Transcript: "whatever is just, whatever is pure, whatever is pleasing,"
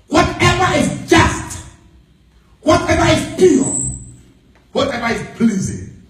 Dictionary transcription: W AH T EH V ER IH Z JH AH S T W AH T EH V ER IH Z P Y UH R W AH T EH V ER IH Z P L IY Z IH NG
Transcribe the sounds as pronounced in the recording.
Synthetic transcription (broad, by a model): W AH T EH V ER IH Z JH AH S T W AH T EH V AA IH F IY L W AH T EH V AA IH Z P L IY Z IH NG